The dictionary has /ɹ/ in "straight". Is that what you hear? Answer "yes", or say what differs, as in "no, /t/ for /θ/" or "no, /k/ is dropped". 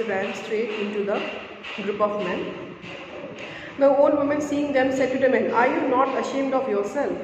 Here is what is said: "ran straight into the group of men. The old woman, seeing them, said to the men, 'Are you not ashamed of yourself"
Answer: yes